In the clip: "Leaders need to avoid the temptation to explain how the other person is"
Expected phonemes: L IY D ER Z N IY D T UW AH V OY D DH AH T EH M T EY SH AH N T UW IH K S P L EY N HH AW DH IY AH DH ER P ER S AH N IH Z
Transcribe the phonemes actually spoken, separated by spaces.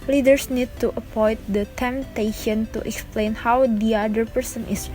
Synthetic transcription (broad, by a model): L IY D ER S N IY D T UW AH P OY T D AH T EH M T EY SH AH N T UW IH K S P L EY N HH AW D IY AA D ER P ER S AH N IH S